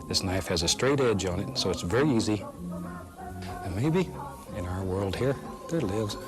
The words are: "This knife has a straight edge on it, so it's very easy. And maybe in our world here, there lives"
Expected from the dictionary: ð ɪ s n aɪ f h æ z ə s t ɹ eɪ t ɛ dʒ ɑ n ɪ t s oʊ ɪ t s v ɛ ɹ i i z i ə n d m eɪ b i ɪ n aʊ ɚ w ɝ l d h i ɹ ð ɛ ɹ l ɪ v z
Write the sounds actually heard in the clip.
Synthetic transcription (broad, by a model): ð ɪ s n aɪ f h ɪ z ə s t ɹ eɪ t ɛ dʒ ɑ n ɪ t s oʊ ɪ t s v ɛ ɹ i i z i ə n m eɪ b i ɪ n aʊ ɚ w ɝ l d h i ɹ ð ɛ ɹ l ɪ v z